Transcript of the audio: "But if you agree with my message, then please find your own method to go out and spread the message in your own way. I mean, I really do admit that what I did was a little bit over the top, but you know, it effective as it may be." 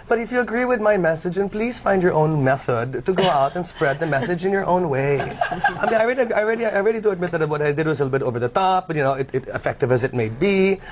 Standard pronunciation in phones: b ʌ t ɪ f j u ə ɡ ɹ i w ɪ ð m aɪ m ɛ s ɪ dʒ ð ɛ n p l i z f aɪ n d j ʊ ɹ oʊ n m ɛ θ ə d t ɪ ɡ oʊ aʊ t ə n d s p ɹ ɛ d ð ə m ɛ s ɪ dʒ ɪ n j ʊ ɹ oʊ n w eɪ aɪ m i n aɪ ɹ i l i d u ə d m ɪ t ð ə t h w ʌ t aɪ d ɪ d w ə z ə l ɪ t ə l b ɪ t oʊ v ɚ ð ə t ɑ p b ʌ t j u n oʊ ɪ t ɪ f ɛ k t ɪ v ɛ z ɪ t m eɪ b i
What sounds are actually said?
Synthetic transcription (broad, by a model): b ʌ t ɪ f j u ə ɡ ɹ i w ɪ ð m aɪ m ɛ s ɪ dʒ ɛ n p l i z f aɪ n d j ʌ ɹ oʊ n m ɛ θ ə d t ɪ ɡ oʊ aʊ t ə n s p ɹ ɛ d ð ə m ɛ s ɪ dʒ ɪ n j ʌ ɹ oʊ n w eɪ aɪ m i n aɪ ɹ i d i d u ə d m ɪ t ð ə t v w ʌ t aɪ d ɪ d w ə z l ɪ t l b ɪ t oʊ v ɚ ð ə t ɑ p b ʌ t j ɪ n oʊ ɪ t ɪ f ɛ k t ɪ v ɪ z ɪ t m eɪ b i